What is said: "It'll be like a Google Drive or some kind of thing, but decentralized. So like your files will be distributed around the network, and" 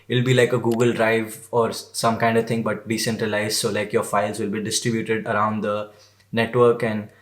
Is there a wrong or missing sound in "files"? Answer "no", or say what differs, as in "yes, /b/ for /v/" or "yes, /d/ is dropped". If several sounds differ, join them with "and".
no